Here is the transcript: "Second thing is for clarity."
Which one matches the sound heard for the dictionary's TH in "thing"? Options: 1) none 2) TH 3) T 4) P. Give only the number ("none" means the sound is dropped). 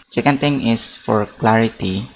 3